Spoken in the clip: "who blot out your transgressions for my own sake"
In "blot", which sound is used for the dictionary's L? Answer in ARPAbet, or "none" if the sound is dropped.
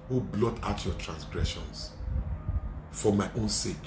L